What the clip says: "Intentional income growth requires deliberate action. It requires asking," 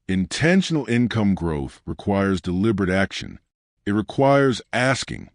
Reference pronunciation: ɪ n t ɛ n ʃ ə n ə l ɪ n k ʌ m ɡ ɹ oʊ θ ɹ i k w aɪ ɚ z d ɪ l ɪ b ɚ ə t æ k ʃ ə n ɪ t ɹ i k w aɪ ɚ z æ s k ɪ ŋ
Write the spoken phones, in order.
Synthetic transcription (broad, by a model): ɪ n t ɛ n ʃ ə n l ɪ n k ʌ m ɡ ɹ oʊ θ ɹ i k w aɪ ɚ z d ɪ l ɪ b ɚ ə t æ k ʃ ə n ɪ t ɹ i k w aɪ ɚ z æ s k ɪ ŋ